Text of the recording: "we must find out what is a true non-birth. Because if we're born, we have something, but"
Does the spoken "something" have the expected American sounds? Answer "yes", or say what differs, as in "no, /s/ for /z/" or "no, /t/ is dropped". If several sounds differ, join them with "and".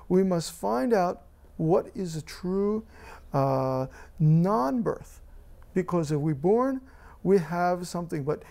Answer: yes